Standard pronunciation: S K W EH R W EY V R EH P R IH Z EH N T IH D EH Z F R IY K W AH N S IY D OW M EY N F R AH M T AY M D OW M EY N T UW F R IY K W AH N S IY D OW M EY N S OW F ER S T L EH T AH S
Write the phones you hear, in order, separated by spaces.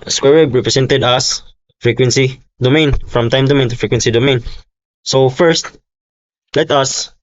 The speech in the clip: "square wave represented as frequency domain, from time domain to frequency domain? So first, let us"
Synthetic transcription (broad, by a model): S K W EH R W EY B R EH P R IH S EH N T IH D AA S F R IY K W AH N S IY D OW M EY N F R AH M T AY M D OW M EY N T UW F R IY K W AH N S IY D OW M EY N S OW F ER S T L EH T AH S